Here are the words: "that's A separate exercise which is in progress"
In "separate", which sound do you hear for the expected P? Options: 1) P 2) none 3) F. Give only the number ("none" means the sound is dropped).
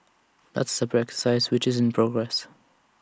2